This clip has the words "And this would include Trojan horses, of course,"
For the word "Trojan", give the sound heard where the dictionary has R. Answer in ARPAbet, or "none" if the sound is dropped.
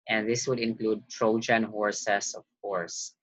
R